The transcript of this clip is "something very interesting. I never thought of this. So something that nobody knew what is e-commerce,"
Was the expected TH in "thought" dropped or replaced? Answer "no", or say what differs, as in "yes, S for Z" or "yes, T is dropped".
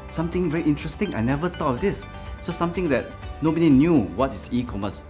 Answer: yes, T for TH